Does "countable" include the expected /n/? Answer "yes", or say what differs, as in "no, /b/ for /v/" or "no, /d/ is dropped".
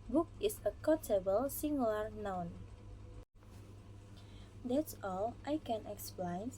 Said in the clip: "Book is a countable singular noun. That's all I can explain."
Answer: no, /n/ is dropped